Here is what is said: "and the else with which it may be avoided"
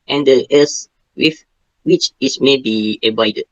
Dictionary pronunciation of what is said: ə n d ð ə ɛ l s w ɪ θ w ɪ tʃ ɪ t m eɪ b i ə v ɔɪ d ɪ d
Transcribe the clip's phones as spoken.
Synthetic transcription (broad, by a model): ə n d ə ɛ s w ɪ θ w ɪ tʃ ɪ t m eɪ b i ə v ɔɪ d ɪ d